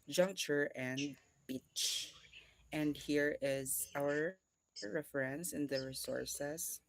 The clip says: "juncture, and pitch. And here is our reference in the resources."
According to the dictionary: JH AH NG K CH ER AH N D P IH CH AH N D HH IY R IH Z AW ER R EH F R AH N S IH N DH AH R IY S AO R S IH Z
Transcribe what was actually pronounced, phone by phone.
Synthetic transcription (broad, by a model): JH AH NG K CH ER AH N D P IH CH AH N D HH IY R IH Z AW ER R EH F R AH N S IH N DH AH R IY S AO R S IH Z